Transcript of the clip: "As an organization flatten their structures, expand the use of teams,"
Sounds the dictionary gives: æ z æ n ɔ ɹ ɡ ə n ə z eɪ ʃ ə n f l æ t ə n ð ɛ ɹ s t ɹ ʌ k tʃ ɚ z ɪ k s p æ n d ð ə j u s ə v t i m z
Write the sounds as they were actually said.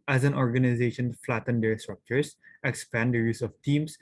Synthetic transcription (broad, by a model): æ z æ n ɔ ɹ ɡ ə n ə z eɪ ʃ ə n f l æ t ə n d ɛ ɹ s t ɹ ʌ k tʃ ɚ s ɪ k s p æ n d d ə j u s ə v t i m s